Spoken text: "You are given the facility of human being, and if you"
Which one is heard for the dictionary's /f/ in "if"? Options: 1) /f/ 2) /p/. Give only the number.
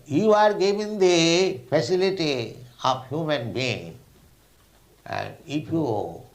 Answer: 2